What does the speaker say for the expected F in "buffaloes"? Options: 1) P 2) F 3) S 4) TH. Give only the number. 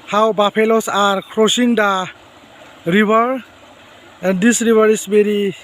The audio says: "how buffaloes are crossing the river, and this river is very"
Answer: 1